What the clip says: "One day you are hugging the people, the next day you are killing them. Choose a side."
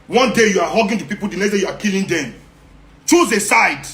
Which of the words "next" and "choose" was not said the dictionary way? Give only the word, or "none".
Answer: next